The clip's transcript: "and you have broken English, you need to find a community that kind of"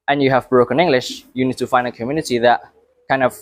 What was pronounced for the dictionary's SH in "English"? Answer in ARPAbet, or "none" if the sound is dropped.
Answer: SH